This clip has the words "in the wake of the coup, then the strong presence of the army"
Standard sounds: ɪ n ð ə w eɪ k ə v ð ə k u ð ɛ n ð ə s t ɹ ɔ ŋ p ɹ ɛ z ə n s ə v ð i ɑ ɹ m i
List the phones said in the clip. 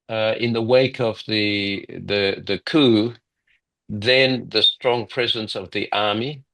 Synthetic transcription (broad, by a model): ɪ n ð ə w eɪ k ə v ð ə k u ð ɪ n ð ə s t ɹ ɔ ŋ p ɹ ɛ z ə n s ə v ð i ɑ ɹ m i